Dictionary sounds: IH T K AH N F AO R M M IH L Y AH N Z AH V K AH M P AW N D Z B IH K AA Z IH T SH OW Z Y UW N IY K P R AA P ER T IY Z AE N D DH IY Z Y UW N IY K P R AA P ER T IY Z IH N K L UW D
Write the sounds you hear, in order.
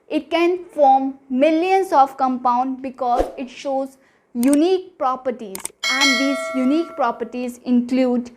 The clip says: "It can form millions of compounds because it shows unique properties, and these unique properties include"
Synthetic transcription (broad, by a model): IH T K AH N F AO R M M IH L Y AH N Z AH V K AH M P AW N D B IH K AA Z IH T SH OW Z Y UW N IY K P R AA P ER T IY Z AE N D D IY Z Y UW N IY K P R AA P ER T IY Z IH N K L UW D